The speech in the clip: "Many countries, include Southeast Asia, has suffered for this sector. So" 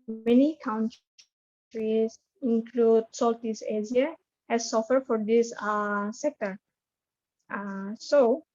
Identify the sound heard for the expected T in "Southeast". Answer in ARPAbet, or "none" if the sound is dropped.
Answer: none